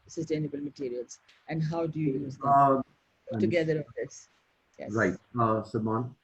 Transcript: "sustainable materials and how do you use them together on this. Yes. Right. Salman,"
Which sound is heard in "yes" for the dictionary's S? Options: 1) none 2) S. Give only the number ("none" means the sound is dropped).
1